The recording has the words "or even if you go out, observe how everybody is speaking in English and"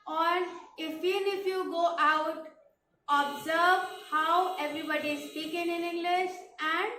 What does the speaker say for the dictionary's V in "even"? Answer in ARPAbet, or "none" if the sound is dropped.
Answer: F